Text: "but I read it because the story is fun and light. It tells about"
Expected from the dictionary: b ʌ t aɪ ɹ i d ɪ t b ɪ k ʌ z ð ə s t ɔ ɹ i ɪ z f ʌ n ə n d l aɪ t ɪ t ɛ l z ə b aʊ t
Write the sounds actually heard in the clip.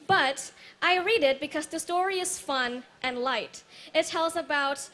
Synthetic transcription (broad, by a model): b ʌ t aɪ ɹ i d ɪ t b ɪ k ʌ z ð ə s t ɔ ɹ i ɪ z f ʌ n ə n l aɪ t ɪ t ɛ l z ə b aʊ t